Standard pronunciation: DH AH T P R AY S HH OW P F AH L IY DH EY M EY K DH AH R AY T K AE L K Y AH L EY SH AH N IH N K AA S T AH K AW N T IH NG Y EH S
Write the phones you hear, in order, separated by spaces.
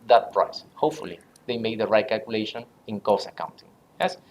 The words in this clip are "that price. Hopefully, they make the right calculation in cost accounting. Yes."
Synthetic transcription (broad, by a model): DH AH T P R AY S HH OW P F AH L IY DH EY M EY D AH R AY T K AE L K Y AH L EY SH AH N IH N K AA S AH K AW N T IH NG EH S